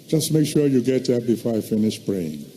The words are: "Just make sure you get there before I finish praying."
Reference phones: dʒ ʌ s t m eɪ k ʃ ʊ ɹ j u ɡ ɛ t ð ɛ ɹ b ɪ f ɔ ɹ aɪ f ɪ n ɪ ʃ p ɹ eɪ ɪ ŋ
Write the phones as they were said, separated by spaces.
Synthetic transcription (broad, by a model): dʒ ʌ s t m eɪ k ʃ ʊ ɹ j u ɡ ɛ t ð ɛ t b ɪ f ɔ ɹ aɪ f ɪ n ɪ ʃ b ɹ eɪ ɪ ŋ